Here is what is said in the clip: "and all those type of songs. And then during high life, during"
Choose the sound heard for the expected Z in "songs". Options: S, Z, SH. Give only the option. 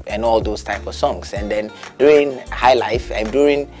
S